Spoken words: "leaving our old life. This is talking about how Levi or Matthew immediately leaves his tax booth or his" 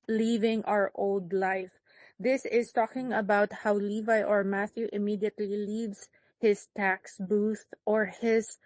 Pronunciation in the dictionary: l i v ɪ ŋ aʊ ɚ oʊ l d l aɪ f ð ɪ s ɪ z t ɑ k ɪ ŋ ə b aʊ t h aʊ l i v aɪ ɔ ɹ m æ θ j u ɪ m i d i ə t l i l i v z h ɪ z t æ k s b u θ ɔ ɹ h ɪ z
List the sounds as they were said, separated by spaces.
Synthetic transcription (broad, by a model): l i v ɪ ŋ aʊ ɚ oʊ l d l aɪ f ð ɪ s ɪ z t ɑ k ɪ ŋ ə b aʊ t h aʊ l i v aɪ ɔ ɹ m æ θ j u ɪ m i d i ə t l i l i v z h ɪ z t æ k s b u θ ɔ ɹ h ɪ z